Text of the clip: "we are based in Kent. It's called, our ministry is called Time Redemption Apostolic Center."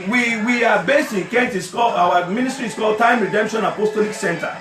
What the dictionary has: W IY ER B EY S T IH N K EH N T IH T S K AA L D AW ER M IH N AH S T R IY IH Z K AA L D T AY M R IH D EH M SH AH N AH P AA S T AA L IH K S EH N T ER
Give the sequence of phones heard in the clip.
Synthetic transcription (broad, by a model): W IY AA B EY S T IH N K EH N T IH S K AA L AW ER M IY N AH S T R IY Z K AA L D T AY M R IH D EH M SH AH N AH P AA S T AA L IH K S EH N T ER